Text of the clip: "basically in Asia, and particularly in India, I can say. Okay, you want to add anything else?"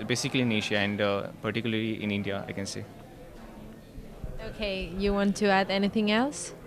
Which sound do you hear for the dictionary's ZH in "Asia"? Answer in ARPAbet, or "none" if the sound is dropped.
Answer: SH